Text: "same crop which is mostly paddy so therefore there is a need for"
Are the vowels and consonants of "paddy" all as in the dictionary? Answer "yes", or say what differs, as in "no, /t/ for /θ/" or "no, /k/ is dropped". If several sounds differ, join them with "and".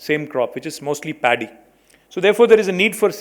yes